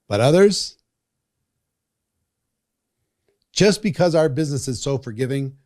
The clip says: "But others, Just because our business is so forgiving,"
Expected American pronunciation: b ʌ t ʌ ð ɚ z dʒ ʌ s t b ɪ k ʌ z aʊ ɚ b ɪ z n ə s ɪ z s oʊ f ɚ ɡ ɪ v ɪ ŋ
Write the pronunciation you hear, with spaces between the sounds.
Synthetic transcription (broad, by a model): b ʌ t ʌ ð ɚ z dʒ ʌ s b ɪ k ʌ z aʊ ɚ b ɪ z n ə s ɪ z s oʊ f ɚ ɡ ɪ v ɪ ŋ